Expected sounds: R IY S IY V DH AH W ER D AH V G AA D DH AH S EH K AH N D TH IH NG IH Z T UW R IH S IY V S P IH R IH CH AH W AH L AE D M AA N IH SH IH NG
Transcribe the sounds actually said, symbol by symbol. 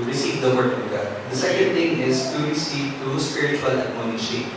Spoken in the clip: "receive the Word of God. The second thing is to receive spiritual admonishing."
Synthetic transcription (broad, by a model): R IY S IY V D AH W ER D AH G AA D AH S EH K AH N D T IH NG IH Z T UW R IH S IY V S P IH R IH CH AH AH L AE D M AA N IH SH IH